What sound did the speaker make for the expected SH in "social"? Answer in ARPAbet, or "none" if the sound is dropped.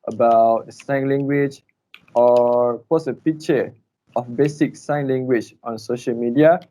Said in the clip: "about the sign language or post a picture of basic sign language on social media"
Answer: SH